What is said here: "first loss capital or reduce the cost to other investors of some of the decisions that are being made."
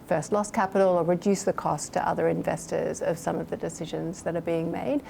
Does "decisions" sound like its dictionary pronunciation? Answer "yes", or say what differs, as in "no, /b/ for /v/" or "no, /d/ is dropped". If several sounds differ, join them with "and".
yes